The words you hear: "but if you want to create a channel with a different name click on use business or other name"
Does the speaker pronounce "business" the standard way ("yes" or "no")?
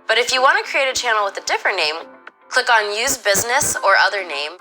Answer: yes